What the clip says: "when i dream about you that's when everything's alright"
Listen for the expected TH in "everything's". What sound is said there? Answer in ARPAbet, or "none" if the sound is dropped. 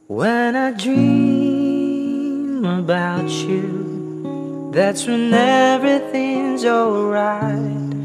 TH